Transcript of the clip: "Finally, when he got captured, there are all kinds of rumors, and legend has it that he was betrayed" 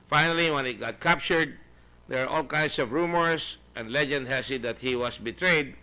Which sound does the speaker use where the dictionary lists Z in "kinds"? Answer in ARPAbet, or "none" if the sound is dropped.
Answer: S